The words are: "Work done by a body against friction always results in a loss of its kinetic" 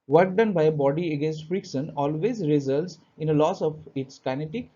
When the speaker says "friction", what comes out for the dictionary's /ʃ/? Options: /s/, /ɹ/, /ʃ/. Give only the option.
/s/